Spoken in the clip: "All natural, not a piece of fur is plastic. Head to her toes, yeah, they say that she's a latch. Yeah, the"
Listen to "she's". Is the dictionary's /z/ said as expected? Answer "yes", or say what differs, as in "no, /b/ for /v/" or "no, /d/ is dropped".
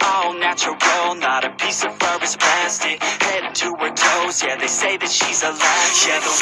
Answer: yes